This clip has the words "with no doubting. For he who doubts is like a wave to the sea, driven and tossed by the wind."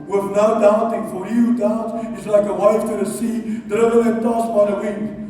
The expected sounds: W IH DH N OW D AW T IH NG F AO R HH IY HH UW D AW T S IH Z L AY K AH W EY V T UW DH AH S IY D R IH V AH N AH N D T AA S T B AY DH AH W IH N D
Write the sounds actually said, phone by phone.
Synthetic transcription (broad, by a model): W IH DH N OW D AW T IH NG F AO R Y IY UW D AW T IH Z L AY K AH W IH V T UW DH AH S IY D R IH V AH AH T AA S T B AY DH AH W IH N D